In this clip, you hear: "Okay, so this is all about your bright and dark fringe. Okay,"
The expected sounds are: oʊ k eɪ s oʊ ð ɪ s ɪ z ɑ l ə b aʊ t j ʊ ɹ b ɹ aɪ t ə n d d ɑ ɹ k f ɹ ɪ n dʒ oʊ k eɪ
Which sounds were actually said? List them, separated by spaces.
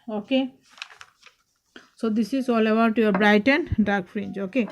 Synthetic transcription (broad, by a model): oʊ k eɪ s oʊ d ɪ s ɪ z ɑ l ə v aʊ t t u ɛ b ɹ aɪ t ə n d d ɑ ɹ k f ɹ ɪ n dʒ oʊ k eɪ